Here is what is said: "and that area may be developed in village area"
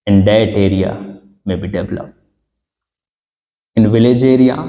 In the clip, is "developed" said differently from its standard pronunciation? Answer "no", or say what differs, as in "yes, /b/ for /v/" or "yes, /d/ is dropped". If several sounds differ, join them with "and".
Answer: yes, /t/ is dropped